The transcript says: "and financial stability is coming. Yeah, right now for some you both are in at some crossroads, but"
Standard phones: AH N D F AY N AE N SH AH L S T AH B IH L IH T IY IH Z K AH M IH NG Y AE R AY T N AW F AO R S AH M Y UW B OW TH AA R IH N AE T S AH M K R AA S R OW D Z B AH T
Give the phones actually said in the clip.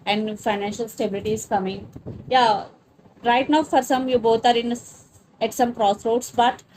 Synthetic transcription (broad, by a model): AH N D F AY N AE N SH AH L S T AH B IH L IH T IY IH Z K AH M IH NG Y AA R AY T N AW F AO R S AH M Y UW B OW T AA R IH N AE T S AH M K R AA S R OW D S B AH T